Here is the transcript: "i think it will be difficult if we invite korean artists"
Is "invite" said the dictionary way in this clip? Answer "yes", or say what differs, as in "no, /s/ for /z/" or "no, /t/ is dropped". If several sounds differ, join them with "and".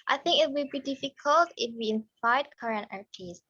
no, /f/ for /v/